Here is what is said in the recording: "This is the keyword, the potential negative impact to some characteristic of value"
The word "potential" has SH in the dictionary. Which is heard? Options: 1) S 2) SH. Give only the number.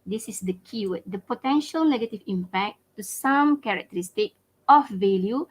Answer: 2